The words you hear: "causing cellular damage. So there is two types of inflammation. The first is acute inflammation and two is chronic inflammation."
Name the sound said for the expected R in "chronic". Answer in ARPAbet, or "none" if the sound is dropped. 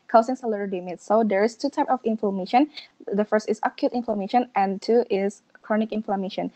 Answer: R